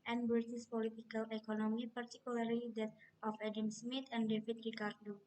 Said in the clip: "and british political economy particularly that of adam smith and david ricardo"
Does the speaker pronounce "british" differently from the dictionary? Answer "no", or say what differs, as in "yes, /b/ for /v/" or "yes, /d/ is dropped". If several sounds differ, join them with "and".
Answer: yes, /s/ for /ʃ/